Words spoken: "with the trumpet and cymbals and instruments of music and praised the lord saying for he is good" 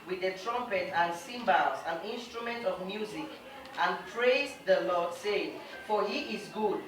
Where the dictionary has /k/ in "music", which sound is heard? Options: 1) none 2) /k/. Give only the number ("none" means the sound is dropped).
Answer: 2